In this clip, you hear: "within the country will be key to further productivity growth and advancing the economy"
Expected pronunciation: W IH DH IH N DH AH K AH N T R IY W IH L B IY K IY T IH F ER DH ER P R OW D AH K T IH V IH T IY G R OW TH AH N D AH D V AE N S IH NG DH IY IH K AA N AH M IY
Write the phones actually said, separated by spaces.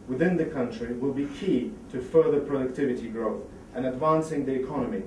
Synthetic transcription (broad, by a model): W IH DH IH N DH AH K AH N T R IY W IH L B IY K IY T IH F ER DH ER P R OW D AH K T IH V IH T IY G R OW TH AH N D AH D V AE N S IH NG DH IY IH K AA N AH M IY